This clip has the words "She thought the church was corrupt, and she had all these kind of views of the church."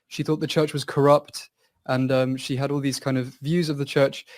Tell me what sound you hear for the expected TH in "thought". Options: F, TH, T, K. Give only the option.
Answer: TH